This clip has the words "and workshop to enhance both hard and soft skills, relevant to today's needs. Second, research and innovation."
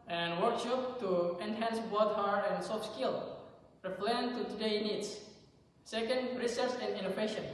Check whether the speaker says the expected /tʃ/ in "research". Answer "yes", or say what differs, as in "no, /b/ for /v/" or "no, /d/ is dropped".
no, /s/ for /tʃ/